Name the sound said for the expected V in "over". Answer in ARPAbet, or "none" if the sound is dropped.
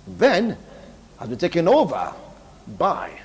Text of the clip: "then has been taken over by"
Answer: V